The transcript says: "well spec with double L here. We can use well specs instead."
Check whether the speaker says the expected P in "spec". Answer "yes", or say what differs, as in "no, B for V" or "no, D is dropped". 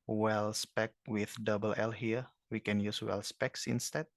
yes